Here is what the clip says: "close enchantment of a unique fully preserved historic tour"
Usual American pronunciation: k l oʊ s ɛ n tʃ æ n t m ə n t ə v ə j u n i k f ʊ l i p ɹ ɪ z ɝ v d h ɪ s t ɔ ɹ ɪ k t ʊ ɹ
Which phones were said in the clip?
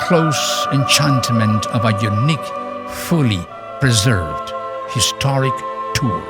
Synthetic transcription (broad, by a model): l oʊ s ɛ n tʃ æ n t m ə n t ə v ə j u n i k f ʊ l i p ɹ ɪ z ɝ v d h ɪ s t ɔ ɹ ɪ k t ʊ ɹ